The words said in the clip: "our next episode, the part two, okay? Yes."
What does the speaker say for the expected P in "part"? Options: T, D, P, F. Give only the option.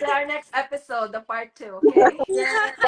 F